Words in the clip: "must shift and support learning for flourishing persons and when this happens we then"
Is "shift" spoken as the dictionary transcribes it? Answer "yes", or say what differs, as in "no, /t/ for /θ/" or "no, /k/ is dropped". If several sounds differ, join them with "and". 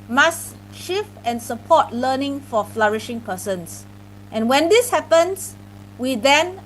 no, /t/ is dropped